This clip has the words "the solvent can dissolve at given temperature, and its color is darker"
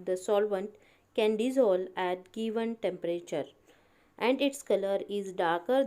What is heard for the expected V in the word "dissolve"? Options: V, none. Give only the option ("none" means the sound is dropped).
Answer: none